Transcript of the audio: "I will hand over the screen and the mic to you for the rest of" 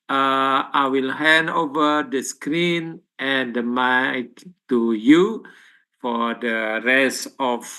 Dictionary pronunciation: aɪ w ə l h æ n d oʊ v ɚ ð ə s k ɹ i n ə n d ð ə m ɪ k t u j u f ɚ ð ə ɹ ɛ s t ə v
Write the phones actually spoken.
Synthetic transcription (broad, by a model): aɪ w ə l h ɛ n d oʊ v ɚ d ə s k ɹ i n ə n d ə m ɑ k t u j u f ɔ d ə ɹ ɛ s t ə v